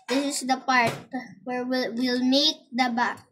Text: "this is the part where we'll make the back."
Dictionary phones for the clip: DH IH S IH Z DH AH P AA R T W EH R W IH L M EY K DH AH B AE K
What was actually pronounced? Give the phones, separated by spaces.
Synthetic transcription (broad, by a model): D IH S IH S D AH P AA R T W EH R W IH L M EY K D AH B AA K